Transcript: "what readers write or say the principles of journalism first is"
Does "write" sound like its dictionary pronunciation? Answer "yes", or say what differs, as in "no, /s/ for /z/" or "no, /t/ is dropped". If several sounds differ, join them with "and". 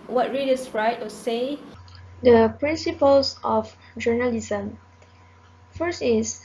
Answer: yes